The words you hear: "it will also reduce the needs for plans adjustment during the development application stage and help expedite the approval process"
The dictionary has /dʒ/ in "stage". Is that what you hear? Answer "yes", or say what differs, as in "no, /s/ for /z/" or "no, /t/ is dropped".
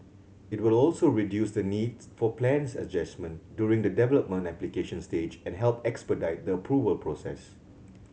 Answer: yes